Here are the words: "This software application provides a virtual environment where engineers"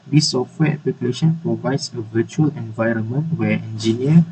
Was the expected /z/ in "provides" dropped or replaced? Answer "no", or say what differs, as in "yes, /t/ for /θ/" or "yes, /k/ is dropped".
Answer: yes, /s/ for /z/